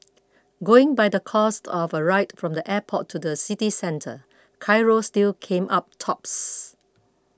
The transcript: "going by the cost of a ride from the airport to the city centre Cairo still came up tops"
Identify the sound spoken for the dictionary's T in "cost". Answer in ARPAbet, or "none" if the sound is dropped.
T